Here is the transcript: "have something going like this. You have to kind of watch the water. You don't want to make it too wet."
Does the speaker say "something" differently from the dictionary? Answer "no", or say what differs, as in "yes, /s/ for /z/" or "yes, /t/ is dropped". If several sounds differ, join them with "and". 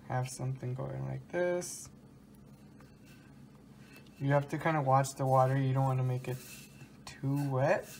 no